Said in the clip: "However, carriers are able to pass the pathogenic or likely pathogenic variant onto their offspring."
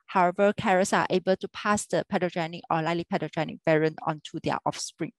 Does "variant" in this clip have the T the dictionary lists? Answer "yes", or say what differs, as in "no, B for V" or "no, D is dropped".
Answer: no, T is dropped